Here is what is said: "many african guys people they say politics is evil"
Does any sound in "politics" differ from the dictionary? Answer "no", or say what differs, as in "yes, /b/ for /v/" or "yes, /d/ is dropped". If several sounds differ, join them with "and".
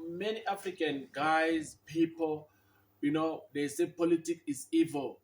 yes, /s/ is dropped